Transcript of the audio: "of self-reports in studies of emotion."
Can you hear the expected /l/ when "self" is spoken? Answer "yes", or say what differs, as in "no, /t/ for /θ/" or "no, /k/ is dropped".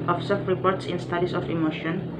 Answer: no, /l/ is dropped